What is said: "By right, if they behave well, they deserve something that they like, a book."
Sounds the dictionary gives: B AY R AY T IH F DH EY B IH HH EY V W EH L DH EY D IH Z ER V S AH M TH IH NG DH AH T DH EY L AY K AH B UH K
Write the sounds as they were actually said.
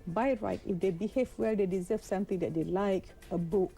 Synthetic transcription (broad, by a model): B AY R AY T IH F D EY B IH HH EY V W EH L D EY D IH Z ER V S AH M T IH NG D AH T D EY L AY K AH B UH K